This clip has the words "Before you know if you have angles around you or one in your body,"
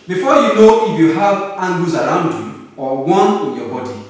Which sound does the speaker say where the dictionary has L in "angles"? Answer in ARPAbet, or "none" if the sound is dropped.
none